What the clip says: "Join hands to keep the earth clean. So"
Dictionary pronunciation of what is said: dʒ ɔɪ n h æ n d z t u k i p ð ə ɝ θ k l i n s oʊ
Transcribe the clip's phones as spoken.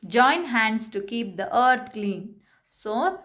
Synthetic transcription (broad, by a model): dʒ ɔɪ n h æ n d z t u k i p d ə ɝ t k l i n s oʊ